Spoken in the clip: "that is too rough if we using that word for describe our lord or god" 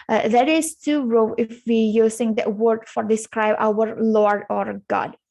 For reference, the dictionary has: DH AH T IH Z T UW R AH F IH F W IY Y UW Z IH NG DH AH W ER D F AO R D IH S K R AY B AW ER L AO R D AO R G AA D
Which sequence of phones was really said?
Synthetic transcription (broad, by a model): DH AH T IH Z T UW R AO IH F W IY Y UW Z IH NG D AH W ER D F AO R D IH S K R AY B AW ER L AO R D AO R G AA D